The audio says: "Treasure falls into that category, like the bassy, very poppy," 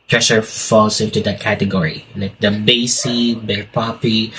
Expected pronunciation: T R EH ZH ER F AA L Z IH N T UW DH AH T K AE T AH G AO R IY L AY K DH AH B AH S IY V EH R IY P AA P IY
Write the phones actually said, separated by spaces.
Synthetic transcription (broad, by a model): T R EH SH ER F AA L S IH N T UW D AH T K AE T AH G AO R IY L AY K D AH B AH S IY B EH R P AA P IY